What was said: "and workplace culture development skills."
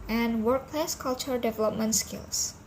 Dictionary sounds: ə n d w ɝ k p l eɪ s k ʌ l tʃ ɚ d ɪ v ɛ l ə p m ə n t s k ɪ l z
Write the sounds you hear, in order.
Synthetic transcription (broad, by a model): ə n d w ɝ k p l eɪ s k ʌ l tʃ ɚ d ɪ v ɛ l ə p m ə n t s k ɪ l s